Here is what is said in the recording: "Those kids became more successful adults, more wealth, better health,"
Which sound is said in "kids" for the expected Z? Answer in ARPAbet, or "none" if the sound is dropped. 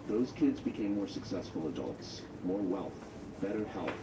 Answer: Z